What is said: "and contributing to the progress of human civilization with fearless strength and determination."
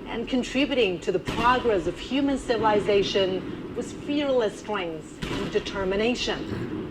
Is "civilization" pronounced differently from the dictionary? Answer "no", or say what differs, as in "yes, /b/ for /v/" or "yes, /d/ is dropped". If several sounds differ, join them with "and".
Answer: no